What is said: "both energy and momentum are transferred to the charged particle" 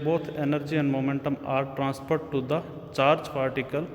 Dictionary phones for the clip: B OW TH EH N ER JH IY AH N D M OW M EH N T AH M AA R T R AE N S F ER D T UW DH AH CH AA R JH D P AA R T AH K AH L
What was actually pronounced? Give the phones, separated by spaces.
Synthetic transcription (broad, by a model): B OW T EH N ER JH IY AH N D M OW M EH N T AH M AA R T R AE N S P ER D T UW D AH CH AA R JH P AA R T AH K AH L